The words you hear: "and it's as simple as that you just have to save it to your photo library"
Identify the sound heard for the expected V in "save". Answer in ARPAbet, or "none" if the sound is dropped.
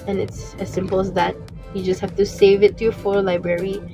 V